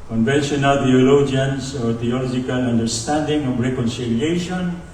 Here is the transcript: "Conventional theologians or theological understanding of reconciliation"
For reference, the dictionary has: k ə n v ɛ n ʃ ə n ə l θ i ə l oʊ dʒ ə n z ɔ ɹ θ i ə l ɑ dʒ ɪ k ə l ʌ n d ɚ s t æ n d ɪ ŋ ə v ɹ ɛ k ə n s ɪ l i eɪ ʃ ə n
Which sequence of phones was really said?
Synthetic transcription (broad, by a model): k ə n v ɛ n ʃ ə n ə l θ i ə l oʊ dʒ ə n s ɔ ɹ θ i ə l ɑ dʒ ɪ k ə l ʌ n d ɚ s t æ n d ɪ ŋ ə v ɹ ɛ k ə n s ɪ l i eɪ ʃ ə n